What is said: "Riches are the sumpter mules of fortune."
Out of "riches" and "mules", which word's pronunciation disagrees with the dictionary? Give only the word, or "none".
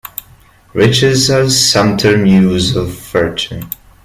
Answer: mules